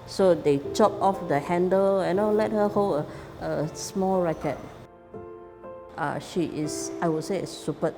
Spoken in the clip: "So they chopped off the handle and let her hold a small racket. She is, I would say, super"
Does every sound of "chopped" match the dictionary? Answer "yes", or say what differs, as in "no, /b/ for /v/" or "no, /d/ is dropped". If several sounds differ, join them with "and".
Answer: no, /t/ is dropped